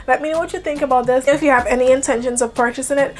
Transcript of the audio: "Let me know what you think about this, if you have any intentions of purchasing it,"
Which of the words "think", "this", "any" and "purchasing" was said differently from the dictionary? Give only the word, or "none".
none